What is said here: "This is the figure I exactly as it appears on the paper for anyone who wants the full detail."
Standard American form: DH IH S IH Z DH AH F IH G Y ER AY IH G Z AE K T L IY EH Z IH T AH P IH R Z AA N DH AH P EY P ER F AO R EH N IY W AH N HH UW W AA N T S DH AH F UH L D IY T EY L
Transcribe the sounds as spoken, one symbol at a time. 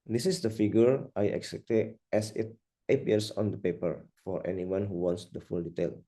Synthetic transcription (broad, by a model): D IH S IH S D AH F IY G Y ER AY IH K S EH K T IY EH S IH T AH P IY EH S AA N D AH P EY P ER F AO R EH N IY W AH N HH UW W AA N T S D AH F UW L D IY T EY L